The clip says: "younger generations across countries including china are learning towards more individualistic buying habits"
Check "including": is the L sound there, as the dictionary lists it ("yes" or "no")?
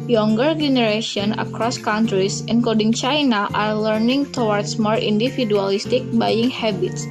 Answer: no